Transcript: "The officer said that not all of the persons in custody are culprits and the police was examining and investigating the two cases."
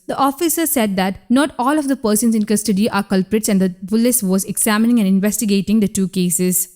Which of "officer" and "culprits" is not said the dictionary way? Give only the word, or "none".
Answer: none